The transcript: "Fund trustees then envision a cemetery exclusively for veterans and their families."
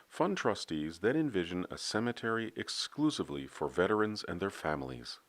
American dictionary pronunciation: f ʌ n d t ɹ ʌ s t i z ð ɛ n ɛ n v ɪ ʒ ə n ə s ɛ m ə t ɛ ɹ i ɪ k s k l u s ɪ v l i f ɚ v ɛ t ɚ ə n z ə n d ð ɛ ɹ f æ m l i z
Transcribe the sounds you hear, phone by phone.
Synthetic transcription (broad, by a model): f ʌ n t ɹ ʌ s t i z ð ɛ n ɛ n v ɪ ʒ ə n ə s ɛ m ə t ɛ ɹ i ɪ k s k l u s ɪ v l i f ɚ v ɛ t ɚ ə n z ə n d ð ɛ ɹ f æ m l i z